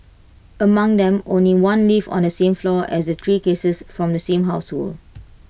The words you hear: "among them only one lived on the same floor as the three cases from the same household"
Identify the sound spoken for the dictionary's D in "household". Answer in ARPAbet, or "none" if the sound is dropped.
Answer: none